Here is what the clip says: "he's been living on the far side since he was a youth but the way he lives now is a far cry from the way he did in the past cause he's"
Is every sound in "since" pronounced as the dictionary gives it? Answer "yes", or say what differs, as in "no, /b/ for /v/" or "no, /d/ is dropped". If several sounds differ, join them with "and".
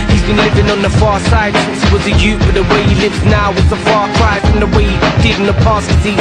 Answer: no, /n/ is dropped